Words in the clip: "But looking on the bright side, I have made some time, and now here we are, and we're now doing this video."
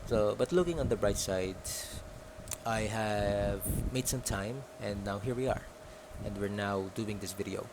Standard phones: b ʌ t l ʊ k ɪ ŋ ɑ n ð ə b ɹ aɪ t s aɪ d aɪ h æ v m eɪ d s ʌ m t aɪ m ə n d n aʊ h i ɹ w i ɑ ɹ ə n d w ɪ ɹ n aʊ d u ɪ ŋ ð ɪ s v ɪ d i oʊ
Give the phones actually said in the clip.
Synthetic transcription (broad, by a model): b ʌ t l ʊ k ɪ ŋ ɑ n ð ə b ɹ aɪ t s aɪ d aɪ h æ v m eɪ d s ʌ m t aɪ m ə n d n aʊ h i ɹ w i ɑ ɹ ə n d w ɪ ɹ n aʊ d u ɪ ŋ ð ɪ s v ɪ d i oʊ